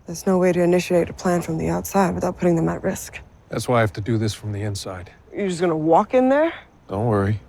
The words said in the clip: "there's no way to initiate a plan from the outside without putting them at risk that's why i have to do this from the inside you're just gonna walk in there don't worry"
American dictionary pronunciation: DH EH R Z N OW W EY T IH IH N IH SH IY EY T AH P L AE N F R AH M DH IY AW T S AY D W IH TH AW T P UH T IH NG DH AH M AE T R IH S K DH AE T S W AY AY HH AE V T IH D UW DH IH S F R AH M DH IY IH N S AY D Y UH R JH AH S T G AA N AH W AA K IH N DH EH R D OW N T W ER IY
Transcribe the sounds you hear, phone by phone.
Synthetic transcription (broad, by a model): DH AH R Z N OW W EY T IH IH N IH SH IY EY T AH P L AE N F R AH M DH IY AW T S AY D W IH TH AW T P UH T IH NG DH AH M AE T R IH S K DH AE T S W AY AY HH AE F T IH D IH DH IH S F R AH M DH IY IH N S AY D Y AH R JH AH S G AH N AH W AA K IH N DH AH R D OW N T W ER IY